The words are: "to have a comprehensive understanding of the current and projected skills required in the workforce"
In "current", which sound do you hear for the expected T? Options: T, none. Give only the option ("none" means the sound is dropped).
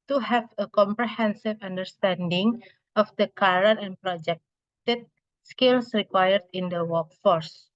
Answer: none